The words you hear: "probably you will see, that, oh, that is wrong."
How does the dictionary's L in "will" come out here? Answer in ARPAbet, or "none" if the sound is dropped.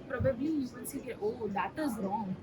N